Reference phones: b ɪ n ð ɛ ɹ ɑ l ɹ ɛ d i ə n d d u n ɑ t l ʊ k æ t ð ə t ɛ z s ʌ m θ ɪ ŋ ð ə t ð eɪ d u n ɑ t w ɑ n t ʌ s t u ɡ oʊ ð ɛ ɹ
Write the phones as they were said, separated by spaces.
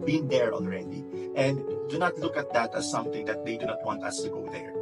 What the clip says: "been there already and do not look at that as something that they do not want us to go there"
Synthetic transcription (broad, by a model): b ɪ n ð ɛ ɹ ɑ n ɹ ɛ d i ə n d d u n ɑ t l ʊ k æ t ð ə t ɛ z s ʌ m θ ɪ ŋ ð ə t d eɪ d u n ɑ t w ɑ n t ʌ s t u ɡ oʊ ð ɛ ɹ